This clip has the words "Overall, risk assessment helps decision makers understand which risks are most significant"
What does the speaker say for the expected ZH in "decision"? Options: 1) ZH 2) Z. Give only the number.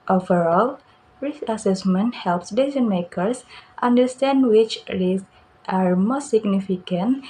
2